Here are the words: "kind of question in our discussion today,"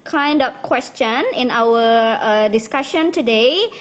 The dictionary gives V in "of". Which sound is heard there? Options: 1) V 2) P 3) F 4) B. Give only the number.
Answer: 2